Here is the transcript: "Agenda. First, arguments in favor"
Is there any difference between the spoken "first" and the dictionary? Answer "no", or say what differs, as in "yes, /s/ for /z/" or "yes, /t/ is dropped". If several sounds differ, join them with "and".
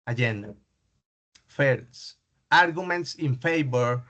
yes, /t/ is dropped